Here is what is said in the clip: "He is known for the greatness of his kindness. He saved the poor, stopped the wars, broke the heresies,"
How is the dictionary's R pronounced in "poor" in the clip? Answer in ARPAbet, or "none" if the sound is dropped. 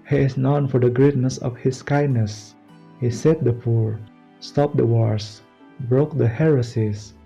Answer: R